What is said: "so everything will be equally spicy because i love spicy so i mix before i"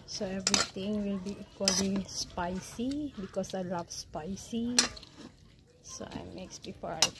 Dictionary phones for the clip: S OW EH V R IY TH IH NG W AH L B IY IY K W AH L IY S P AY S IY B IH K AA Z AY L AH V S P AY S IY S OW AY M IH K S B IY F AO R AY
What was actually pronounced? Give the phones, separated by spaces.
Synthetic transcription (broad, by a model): S OW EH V R IY T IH NG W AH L B IY IY K W AH L IY S P AY S IY B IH K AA S AY L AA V S P AY S IY S OW AY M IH K S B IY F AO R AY